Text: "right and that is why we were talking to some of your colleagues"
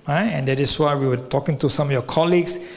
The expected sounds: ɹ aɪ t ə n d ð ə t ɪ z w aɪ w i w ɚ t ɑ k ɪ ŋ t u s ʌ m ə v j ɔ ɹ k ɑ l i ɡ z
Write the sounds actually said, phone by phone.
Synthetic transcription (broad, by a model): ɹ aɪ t ə n d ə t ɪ s w aɪ w i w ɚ t ɑ k ɪ ŋ t u s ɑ m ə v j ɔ k ɑ l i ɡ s